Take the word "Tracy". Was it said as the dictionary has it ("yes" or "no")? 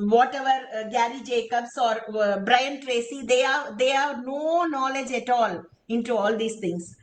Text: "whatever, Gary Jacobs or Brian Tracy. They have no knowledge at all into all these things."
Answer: yes